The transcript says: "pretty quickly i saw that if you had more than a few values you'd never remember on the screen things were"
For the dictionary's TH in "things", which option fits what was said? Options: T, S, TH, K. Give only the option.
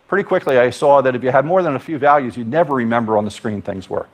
TH